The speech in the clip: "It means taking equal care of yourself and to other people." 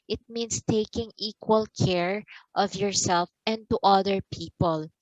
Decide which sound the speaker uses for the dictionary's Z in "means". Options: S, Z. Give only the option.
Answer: S